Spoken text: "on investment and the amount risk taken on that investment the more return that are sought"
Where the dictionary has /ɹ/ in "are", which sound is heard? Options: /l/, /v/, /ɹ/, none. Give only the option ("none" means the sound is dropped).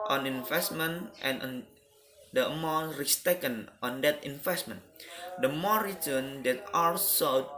/l/